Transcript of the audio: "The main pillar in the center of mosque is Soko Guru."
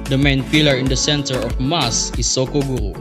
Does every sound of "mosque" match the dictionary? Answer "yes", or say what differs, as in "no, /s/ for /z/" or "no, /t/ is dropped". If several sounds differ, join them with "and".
no, /k/ is dropped